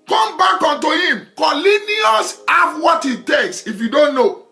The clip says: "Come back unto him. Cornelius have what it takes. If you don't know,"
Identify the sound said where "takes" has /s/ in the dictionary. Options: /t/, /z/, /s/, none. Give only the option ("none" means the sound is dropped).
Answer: /s/